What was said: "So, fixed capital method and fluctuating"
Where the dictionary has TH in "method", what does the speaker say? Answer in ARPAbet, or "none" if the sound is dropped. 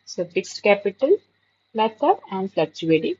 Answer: S